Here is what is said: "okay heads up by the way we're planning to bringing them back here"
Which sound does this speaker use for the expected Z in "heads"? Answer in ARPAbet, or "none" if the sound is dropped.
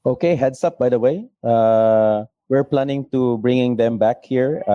S